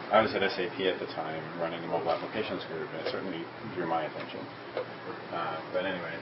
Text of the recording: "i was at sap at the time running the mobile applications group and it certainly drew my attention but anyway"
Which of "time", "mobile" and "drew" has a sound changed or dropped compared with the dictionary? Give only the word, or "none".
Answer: mobile